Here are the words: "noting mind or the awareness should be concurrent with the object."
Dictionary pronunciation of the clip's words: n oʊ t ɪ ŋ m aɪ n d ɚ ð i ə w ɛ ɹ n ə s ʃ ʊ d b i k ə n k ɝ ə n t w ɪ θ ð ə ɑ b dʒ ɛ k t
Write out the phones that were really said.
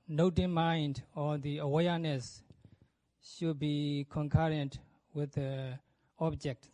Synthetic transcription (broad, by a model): n oʊ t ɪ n m aɪ n d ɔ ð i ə w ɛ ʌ n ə s ʃ ʊ d b i k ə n k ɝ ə n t w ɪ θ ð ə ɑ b dʒ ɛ k t